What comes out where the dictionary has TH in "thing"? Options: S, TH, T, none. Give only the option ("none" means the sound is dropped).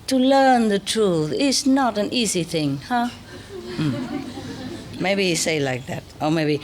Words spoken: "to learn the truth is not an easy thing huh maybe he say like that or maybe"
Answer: TH